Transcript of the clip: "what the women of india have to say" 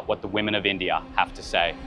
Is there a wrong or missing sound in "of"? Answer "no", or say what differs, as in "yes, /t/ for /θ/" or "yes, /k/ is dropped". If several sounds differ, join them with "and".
no